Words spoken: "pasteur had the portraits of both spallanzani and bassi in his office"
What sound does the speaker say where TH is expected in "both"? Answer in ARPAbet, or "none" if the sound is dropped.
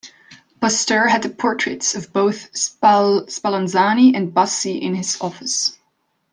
TH